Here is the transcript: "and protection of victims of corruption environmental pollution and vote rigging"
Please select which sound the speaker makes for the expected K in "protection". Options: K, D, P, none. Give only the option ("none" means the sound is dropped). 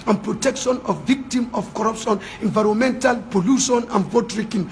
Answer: K